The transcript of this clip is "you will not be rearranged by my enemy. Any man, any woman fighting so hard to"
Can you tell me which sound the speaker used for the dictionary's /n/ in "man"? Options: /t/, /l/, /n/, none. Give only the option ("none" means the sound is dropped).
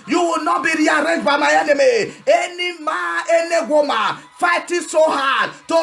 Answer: none